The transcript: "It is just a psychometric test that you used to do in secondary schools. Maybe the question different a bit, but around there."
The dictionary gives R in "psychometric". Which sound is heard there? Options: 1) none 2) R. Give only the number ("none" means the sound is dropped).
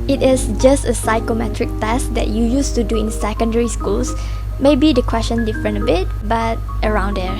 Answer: 2